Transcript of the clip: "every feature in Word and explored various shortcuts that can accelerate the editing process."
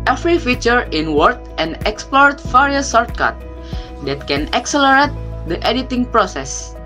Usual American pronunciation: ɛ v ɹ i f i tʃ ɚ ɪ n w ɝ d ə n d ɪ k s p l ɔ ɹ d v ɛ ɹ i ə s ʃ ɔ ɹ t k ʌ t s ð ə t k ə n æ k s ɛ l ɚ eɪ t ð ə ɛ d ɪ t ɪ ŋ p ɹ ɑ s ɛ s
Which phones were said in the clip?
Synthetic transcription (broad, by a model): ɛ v ɹ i f i tʃ ɚ ɪ n w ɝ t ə n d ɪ k s p l ɔ ɹ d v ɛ ɹ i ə s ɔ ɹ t k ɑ t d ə t k ə n æ k s ɛ l ɚ eɪ t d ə ɛ d ɪ t ɪ ŋ p ɹ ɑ s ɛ s